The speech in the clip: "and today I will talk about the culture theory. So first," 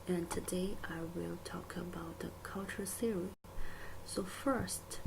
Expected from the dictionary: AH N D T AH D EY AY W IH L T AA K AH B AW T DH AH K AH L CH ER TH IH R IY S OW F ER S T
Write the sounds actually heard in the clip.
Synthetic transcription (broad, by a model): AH N T AH D EY AY W IH L T AA K AH B AW T DH AH K AH L CH ER S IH R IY S OW F ER S T